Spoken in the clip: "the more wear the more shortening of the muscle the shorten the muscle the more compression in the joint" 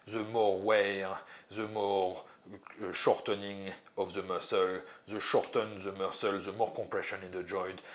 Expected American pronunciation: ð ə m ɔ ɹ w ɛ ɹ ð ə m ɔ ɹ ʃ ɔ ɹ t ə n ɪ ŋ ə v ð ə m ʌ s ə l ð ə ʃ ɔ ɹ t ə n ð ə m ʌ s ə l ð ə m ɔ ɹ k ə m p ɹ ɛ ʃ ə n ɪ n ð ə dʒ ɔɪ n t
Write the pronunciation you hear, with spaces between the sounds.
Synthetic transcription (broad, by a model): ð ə m ɔ ɹ w ɛ ɹ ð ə m ɔ ɹ ʃ ɔ ɹ t ə n ɪ ŋ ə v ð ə m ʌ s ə l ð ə ʃ ɔ ɹ t ə n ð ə m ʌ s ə l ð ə m ɔ ɹ k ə p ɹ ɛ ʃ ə n ɪ n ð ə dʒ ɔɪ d